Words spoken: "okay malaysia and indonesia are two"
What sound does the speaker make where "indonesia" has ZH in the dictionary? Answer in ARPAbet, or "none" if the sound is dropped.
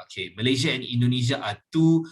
Z